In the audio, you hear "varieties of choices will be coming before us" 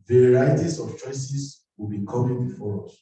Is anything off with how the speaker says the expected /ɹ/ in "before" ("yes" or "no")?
no